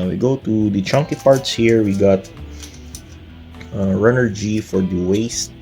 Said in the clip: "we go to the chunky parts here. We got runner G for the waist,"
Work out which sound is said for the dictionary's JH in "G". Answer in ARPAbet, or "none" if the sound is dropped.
JH